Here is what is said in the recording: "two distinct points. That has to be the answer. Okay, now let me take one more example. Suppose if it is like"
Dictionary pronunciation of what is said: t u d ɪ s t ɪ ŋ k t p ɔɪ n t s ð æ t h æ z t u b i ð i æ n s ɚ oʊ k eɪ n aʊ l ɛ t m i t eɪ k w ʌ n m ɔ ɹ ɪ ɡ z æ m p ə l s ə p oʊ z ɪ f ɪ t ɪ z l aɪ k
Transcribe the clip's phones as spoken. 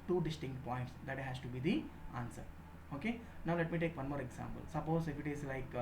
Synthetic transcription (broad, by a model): t u d ɪ s t ɪ ŋ k t p ɔɪ n t s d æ t h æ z t u b i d i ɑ n s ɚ oʊ k eɪ n aʊ l ɛ t m i t eɪ k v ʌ n m ɔ ɹ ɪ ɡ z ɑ m p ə l s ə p oʊ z ɪ f ɪ t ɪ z l aɪ k